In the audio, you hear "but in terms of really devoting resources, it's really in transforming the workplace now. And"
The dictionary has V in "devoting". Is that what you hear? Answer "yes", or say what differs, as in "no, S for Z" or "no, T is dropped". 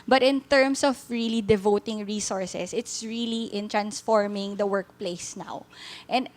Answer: yes